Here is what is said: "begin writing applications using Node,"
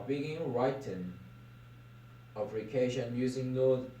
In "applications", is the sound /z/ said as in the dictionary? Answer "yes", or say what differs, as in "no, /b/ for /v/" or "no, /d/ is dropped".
no, /z/ is dropped